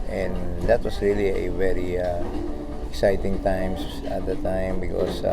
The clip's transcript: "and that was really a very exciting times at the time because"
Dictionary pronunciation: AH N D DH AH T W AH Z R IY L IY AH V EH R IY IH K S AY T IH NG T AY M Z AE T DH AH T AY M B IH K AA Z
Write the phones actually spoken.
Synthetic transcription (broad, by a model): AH N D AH T W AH S R IY L IY AH V EH R IY IH K S AY T IH NG T AY M S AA T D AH T AY M B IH K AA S